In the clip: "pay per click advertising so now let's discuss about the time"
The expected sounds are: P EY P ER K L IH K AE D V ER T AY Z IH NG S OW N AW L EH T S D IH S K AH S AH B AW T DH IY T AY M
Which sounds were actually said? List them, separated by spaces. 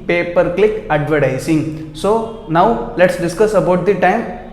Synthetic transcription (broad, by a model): P EY P ER K L IH K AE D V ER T AY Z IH NG S OW N AW L EH T S D IH S K AH S AH B AW T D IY T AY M